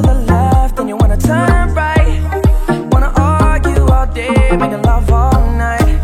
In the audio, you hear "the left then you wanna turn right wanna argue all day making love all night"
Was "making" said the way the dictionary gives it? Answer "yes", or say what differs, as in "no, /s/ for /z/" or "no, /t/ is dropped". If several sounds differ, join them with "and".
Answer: no, /k/ is dropped